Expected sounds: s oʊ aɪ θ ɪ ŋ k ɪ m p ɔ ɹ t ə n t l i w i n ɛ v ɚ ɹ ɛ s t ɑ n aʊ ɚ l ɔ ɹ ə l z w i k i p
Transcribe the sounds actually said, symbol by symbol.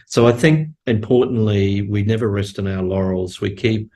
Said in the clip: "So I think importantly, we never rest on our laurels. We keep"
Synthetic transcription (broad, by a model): s oʊ aɪ θ ɪ ŋ k ɪ m p ɔ ɹ t n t l i w i n ɛ v ɚ ɹ ɛ s t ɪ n aʊ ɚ l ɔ ɹ l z w i k i p